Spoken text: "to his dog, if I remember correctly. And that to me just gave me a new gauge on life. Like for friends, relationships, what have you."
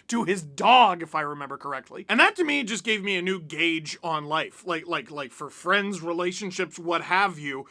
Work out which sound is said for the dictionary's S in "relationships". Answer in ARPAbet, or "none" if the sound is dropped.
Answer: S